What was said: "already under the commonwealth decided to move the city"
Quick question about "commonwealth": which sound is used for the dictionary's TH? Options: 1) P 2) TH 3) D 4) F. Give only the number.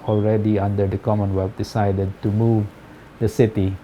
4